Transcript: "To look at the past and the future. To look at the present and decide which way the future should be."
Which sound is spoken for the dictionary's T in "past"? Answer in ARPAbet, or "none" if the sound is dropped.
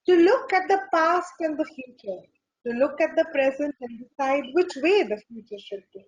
T